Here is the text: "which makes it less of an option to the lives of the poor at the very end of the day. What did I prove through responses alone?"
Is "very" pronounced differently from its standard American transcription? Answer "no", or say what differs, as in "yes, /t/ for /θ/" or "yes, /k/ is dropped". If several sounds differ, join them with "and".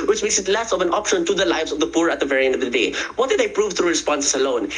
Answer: no